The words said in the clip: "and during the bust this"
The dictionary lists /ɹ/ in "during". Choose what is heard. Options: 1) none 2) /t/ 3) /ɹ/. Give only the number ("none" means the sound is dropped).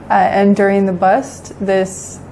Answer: 3